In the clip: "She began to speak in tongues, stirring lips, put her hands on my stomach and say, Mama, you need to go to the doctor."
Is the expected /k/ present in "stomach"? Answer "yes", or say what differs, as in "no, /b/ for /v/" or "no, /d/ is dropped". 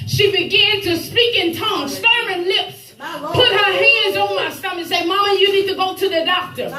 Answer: no, /k/ is dropped